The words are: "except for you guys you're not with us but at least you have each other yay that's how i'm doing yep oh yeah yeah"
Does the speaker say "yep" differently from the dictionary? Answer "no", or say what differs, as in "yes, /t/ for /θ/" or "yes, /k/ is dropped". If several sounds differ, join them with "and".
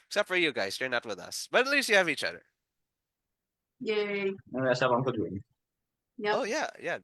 yes, /p/ is dropped